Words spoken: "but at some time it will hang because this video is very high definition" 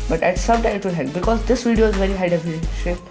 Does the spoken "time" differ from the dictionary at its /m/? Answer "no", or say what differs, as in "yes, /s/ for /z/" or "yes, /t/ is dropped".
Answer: yes, /m/ is dropped